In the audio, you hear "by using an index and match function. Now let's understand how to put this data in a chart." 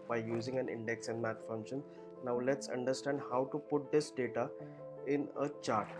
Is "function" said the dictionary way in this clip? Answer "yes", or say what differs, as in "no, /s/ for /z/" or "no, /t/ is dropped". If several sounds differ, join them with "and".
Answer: no, /k/ is dropped